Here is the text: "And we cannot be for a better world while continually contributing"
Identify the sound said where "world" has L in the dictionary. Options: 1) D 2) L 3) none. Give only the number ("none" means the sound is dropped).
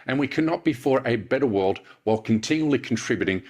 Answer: 2